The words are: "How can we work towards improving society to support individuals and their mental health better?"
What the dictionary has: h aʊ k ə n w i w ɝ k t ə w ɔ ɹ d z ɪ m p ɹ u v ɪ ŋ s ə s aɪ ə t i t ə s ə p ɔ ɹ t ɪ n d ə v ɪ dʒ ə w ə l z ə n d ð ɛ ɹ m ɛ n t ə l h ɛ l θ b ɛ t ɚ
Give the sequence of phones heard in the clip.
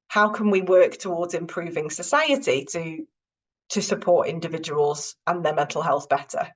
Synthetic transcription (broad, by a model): h aʊ k ə n w i w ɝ k t ə w ɔ d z ɪ m p ɹ u v ɪ ŋ s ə s aɪ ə t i t ə s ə p ɔ t ɪ n d ə v ɪ dʒ ə w ə l z ə n ð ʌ m ɛ n t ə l h ɛ l θ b ɛ t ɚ